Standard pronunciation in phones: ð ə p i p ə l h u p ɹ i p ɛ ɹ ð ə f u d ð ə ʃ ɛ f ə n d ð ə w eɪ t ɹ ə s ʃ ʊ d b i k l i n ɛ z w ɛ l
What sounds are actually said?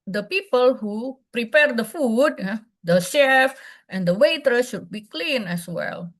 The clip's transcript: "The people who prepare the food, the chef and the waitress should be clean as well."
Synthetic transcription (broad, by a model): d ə p i p ə l h u p ɹ i p ɛ ɹ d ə f u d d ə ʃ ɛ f ə n d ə w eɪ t ə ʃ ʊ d b i k l i n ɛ s w ɛ l